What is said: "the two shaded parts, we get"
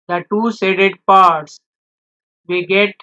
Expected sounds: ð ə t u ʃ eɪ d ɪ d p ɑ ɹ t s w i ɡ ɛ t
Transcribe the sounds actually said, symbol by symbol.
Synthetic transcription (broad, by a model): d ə t u s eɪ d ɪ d p ɑ ɹ t s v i ɡ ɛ t